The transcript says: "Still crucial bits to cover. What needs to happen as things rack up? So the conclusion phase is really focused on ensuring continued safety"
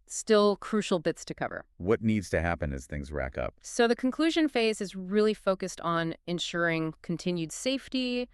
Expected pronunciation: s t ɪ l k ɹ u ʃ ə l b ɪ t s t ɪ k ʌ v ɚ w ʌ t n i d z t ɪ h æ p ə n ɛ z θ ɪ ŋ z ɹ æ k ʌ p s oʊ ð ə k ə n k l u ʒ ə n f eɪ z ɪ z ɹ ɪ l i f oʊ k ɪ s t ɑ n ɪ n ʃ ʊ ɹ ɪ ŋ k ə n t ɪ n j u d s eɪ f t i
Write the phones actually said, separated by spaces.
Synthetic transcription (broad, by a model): s t ɪ l k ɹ u ʃ l b ɪ t s t ɪ k ʌ v ɚ w ʌ t n i d z t ɪ h æ p ə n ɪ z θ ɪ ŋ z ɹ æ k ʌ p s oʊ ð ə k n k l u ʒ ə n f eɪ z ɪ z ɹ ɪ l i f oʊ k ɪ s t n ɪ n ʃ ʊ ɹ ɪ ŋ k n t ɪ n j u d s eɪ f t i